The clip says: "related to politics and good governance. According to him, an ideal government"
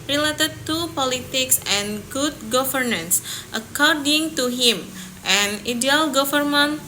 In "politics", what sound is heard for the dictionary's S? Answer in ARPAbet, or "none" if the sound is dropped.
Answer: S